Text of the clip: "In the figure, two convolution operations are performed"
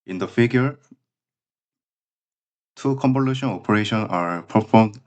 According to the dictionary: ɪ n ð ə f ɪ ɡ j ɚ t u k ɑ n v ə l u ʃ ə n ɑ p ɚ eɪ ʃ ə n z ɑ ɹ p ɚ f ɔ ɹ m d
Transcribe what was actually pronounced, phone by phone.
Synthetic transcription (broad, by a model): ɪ n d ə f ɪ ɡ j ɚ t u k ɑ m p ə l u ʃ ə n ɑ p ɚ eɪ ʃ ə n ɑ ɹ p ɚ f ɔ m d